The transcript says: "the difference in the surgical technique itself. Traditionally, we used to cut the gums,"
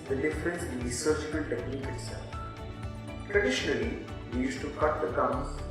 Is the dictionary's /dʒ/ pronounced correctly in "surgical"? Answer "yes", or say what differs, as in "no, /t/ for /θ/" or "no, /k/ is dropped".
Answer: no, /tʃ/ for /dʒ/